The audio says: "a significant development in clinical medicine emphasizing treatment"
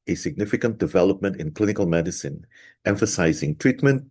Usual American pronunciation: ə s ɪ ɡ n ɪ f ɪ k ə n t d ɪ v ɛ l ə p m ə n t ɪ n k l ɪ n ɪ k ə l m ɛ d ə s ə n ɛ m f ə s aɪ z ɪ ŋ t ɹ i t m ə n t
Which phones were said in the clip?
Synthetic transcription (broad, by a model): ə s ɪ ɡ n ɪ f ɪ k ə n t d ɪ v ɛ l ə p m ə n t ɪ n k l ɪ n ɪ k ə l m ɛ d ə s ə n ɛ m f ə s aɪ z ɪ ŋ t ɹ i t m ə n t